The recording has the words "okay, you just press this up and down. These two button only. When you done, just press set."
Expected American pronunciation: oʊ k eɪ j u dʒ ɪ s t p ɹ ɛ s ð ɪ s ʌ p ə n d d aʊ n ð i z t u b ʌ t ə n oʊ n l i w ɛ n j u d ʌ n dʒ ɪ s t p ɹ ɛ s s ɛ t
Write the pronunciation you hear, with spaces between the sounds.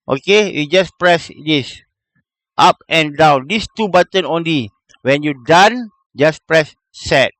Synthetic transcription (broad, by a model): oʊ k eɪ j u dʒ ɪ s p ɹ ɛ s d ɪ s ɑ p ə n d d aʊ n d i s t u b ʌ t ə n oʊ n l i w ɛ n j u d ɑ n dʒ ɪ s p ɹ ɛ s s ɛ t